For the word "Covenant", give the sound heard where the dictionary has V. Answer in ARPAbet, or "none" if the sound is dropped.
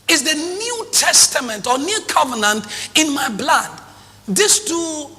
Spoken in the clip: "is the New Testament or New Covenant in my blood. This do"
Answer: V